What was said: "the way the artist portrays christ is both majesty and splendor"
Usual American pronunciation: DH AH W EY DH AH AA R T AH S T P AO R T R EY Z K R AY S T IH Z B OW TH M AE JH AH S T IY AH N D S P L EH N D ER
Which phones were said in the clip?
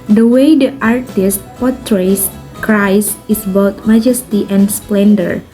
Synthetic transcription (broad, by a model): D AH W EY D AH AA R T AH S T P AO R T R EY S K R AY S IH S B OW T M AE JH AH S T IY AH N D S P L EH N D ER